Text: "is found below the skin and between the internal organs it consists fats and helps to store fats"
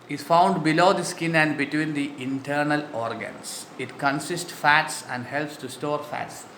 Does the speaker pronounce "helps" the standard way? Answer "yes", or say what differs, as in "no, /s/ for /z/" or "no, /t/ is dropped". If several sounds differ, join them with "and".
yes